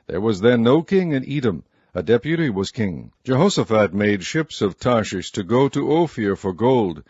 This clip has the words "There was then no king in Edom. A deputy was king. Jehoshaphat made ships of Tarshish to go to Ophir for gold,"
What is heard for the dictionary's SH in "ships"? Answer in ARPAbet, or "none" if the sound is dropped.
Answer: SH